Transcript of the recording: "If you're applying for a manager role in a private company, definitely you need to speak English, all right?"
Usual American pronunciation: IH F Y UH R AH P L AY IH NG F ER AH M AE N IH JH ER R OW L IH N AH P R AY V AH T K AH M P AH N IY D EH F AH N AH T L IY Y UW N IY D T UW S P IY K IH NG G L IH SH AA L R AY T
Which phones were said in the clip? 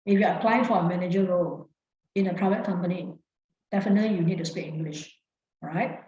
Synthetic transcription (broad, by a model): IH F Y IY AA AH P L AY IH NG F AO AH M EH N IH JH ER R OW L IH N AH P R AY V AH T K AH M P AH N IY D EH F AH N AH T L IY Y UW N IY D T UW S P IY K IH NG G L IH SH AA R AY T